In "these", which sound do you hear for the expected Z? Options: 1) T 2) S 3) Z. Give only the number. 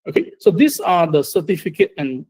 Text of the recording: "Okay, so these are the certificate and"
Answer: 2